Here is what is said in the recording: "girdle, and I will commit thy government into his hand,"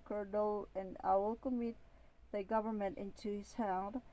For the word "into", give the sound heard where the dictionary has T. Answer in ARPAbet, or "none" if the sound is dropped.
T